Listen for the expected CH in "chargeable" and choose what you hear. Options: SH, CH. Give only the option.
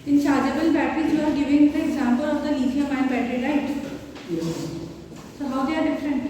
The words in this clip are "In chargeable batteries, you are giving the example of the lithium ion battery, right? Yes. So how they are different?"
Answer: SH